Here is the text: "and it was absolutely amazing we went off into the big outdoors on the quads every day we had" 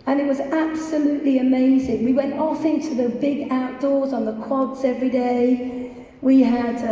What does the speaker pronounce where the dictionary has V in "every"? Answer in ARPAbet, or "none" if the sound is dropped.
V